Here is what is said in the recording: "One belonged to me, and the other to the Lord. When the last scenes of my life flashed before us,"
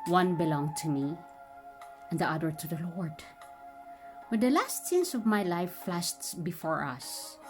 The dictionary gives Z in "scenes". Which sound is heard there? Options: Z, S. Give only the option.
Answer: S